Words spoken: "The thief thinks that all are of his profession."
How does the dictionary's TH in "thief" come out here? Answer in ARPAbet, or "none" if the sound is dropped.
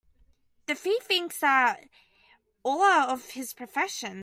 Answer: F